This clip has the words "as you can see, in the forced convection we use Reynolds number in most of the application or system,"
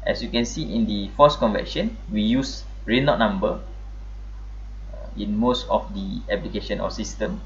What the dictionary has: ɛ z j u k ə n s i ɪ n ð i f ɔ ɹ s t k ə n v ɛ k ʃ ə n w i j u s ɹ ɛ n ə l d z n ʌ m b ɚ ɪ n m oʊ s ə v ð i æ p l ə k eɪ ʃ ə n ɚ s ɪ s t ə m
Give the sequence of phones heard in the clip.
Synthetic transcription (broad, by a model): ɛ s j u k ə n s i ɪ n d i f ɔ s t k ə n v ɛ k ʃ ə n w i j u s ɹ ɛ n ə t n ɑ m b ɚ ɪ n m oʊ s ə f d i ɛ p l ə k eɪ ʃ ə n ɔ s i s t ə m